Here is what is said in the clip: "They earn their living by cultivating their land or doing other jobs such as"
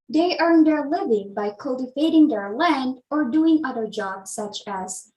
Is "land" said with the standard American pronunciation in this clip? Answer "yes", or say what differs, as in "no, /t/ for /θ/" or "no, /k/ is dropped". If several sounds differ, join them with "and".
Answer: yes